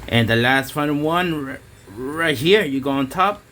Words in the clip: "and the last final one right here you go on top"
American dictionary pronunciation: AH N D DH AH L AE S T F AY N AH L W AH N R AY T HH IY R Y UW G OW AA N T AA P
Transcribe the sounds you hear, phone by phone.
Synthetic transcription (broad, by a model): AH N DH AH L AE S T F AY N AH N W AH N R AY T HH IY R Y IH G OW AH N T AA P